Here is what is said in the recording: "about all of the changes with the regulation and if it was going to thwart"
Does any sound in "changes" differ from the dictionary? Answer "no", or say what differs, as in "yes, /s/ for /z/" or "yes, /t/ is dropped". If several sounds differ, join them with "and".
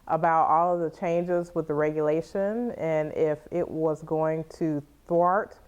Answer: no